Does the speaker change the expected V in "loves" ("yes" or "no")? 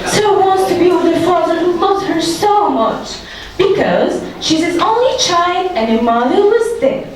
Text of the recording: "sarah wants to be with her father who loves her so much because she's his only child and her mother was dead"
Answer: yes